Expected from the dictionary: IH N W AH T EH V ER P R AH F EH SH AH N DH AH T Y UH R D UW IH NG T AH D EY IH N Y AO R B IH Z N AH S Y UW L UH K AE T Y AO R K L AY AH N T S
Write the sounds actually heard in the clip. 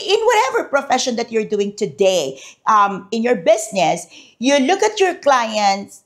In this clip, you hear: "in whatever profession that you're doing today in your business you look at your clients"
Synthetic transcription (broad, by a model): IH N W AH T EH V ER P R AH F EH SH AH N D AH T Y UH R D UW IH NG T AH D EY IH N Y AO R B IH S N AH S Y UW L UH K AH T Y AO R K L AY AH N T S